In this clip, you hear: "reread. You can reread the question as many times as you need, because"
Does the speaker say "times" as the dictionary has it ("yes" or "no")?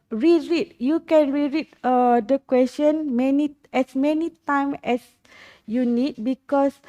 no